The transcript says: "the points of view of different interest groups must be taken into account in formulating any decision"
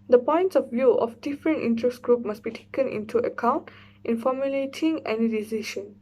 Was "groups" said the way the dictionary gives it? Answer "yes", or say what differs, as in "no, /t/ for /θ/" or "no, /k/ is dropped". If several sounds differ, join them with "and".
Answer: no, /s/ is dropped